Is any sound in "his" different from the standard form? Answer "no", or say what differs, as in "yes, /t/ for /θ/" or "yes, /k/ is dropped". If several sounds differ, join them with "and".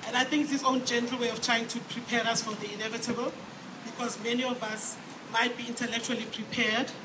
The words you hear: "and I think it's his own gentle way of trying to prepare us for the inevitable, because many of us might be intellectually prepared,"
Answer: yes, /s/ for /z/